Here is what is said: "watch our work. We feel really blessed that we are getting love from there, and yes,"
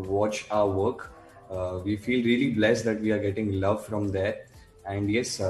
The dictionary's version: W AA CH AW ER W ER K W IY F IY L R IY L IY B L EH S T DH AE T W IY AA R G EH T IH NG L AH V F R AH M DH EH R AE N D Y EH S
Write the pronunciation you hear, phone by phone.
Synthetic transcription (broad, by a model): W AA CH AW ER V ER K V IY F IY L R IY L IY B L EH S T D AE T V IY AA R G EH T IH NG L AH V F R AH M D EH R AE N D Y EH S